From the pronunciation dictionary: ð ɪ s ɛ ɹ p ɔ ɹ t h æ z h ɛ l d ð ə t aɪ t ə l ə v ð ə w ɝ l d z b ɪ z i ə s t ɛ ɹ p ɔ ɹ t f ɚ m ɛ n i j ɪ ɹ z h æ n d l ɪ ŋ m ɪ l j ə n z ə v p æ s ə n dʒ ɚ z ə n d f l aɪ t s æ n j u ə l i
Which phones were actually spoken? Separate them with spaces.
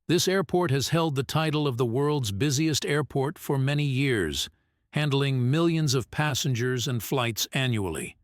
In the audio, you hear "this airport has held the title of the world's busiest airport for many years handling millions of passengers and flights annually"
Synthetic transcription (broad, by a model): ð ɪ s ɛ ɹ p ɔ ɹ t h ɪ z h ɛ l d ð ə t aɪ t l ə v ð ə w ɝ l d z b ɪ z i ə s t ɛ ɹ p ɔ ɹ t f ɚ m ɛ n i j ɪ ɹ z h æ n d l ɪ ŋ m ɪ l j ə n z ə v p æ s ə n dʒ ɚ z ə n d f l aɪ t s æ n j u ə l i